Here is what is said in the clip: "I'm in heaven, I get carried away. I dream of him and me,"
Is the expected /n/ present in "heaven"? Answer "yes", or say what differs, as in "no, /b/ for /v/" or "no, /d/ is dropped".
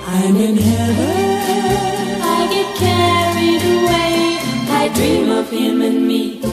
no, /n/ is dropped